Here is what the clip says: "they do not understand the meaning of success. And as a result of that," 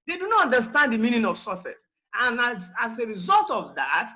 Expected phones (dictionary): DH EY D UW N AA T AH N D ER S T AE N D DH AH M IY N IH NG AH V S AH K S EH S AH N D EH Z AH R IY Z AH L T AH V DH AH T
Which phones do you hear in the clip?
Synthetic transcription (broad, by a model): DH EY D UW N AA T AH N D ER S T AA N D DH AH M IY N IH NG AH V S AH S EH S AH N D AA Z AH R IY Z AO L T AH V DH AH T